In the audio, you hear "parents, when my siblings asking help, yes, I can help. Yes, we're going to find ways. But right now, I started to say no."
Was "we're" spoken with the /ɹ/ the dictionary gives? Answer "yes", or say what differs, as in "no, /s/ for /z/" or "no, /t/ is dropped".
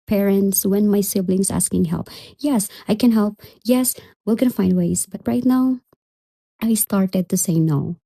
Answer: no, /l/ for /ɹ/